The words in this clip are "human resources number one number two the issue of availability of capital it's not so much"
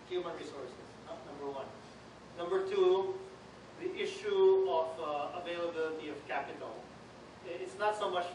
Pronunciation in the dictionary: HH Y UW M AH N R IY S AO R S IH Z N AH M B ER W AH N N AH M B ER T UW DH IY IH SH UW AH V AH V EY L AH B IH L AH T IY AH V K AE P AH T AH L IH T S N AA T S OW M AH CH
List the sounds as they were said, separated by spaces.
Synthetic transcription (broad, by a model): HH Y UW M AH N R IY S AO R S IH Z N AH M B ER W AH N N AH M B ER T UW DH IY IH SH UW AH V AH V EY L AH B IH L AH T IY AH V K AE P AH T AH L IH T S N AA T S OW M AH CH